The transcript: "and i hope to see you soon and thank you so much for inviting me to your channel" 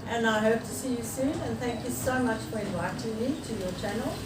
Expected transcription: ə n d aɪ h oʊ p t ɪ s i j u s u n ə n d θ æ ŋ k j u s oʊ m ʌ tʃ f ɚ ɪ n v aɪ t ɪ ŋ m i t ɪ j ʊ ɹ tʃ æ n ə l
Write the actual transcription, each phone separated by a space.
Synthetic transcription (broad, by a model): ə n aɪ h oʊ p t ɪ s i j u s u n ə n θ æ ŋ k j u s oʊ m ʌ tʃ f ɚ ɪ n v aɪ t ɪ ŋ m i t ɪ j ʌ ɹ tʃ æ n l